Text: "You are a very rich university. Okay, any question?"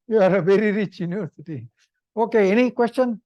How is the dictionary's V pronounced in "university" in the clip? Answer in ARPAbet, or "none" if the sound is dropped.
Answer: none